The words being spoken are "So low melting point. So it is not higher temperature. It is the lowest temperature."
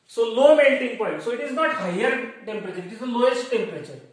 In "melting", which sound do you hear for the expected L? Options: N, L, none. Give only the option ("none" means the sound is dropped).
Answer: N